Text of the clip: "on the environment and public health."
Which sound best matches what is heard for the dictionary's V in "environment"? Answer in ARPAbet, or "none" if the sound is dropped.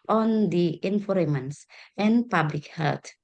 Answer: F